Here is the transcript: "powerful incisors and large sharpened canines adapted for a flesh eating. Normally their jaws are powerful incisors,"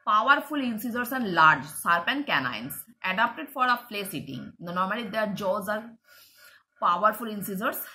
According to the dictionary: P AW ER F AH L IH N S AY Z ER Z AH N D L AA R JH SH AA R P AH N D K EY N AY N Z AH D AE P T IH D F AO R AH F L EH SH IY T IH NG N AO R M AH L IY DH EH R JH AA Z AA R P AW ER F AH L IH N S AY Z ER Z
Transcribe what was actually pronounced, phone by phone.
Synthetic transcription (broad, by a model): P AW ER F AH L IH N S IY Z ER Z AH N D L AA R JH S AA R P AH N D K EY N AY N S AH D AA P T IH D F AO R AH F L EH S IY T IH NG N AO R M AH L IY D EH R JH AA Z AA R P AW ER F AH L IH N S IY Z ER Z